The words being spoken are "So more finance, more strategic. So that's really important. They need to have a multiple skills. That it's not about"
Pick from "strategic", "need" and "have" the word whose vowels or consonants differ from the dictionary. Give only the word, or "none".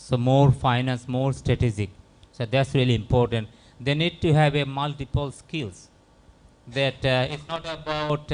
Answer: strategic